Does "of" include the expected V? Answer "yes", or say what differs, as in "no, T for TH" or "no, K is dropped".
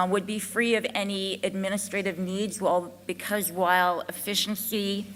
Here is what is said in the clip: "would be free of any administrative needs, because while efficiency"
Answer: yes